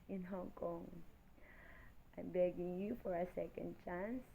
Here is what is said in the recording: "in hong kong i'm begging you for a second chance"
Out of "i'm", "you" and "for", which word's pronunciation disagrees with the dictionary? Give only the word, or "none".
none